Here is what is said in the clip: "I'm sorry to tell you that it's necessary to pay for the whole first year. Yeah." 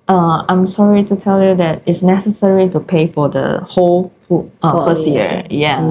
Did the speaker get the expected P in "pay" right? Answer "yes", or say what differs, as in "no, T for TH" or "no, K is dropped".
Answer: yes